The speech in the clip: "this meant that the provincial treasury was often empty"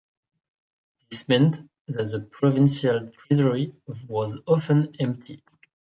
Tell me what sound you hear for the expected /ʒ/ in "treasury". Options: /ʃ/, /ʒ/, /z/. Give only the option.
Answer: /z/